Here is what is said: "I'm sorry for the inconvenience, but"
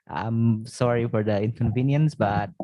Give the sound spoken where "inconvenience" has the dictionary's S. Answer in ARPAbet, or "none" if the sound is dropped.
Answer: S